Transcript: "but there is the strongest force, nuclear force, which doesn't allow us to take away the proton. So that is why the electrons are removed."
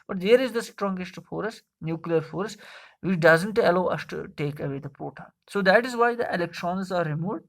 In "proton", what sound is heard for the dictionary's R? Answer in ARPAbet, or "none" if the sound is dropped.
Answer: none